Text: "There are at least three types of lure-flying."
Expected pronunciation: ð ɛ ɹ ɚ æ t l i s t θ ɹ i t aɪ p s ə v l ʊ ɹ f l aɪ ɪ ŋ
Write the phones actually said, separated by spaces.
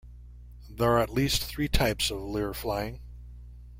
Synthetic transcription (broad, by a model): ð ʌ ɹ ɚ t l i s t θ ɹ i t aɪ p s ə v l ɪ ɹ f l aɪ ɪ ŋ